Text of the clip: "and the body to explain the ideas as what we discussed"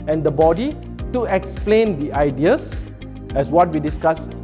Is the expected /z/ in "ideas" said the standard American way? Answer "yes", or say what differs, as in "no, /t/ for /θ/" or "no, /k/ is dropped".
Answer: no, /s/ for /z/